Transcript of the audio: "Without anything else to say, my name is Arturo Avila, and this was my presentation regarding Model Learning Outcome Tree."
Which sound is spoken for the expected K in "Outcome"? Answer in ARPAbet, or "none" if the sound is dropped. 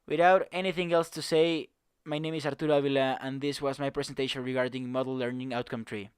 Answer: K